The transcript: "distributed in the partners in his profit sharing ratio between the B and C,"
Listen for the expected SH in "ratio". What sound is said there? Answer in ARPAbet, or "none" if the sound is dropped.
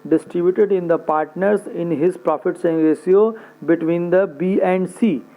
S